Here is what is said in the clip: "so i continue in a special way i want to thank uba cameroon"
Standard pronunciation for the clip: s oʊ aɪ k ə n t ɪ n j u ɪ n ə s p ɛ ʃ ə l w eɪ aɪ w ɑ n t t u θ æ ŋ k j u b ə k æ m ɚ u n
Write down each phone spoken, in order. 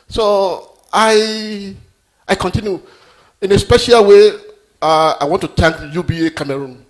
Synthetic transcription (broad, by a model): s oʊ aɪ k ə n t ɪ n j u ɪ n ə s p ɛ ʃ ə l w eɪ aɪ w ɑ n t t u t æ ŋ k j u b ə k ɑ m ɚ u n